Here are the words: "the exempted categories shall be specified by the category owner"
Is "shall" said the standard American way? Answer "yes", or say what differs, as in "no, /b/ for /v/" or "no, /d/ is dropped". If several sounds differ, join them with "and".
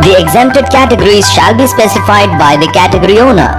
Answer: yes